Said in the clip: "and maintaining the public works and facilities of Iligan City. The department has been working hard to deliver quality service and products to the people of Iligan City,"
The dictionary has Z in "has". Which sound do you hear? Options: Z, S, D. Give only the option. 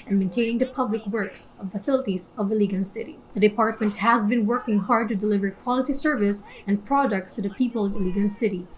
Z